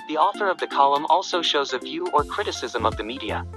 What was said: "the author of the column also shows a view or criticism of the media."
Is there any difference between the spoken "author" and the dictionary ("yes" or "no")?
no